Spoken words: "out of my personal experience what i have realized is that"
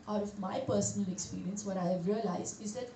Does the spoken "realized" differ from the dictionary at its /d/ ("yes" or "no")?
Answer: yes